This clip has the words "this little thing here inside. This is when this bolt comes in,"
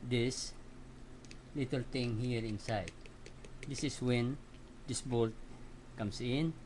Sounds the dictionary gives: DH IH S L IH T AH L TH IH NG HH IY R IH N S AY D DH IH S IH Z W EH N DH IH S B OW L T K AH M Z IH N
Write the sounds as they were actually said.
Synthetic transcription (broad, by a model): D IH S L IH T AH L T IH NG HH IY R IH N S AY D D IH S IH S W EH N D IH S B OW L T K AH M S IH N